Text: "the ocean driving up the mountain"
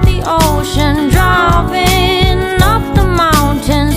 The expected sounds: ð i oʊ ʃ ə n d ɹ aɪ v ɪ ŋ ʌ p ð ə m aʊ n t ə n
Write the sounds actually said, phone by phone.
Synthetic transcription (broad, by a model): ð i oʊ ʃ ə n d ɹ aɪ p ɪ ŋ ʌ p ð ə m aʊ n t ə n